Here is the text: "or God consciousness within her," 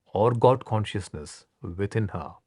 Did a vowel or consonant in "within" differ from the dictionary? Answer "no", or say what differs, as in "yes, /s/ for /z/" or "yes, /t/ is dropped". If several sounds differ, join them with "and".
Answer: yes, /t/ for /θ/